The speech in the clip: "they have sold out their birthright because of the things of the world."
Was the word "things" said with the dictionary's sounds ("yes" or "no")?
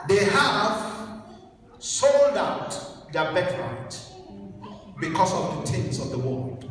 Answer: no